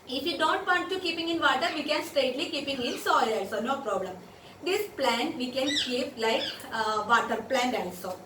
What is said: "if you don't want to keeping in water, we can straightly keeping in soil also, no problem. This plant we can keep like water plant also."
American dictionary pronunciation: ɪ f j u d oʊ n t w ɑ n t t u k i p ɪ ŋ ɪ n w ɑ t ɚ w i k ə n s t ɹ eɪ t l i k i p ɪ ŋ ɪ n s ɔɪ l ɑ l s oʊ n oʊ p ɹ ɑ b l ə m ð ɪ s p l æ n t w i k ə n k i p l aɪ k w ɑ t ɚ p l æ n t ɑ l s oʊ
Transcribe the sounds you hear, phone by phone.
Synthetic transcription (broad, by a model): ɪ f j u d oʊ n t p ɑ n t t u k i p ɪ ŋ ɪ n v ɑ t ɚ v i k ə n s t eɪ t l i k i p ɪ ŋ ɪ n s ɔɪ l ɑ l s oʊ n oʊ p ɹ ɑ b l ə m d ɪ s p l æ n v i k ə n k i p l aɪ k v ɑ t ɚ p l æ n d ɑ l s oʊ